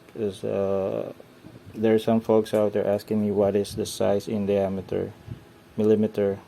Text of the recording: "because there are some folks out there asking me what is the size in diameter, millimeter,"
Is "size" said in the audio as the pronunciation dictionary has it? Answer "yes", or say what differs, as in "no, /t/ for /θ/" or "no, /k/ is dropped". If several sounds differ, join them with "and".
no, /s/ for /z/